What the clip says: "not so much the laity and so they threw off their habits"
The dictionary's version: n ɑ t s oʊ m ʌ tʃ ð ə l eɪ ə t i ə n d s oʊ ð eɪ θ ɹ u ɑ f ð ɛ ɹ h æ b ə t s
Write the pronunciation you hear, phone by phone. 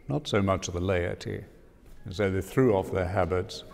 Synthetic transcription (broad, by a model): n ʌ t s oʊ m ʌ tʃ ð ə l eɪ ə t i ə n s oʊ ð eɪ θ ɹ u ɑ f ð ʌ ɹ h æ b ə t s